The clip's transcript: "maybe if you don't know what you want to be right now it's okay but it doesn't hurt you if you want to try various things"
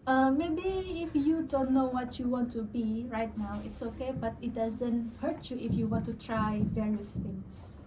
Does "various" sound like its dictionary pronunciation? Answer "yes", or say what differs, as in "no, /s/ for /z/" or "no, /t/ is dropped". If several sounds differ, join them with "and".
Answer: yes